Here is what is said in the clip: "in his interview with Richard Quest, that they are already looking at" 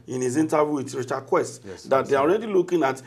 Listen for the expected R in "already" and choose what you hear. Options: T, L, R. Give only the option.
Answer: R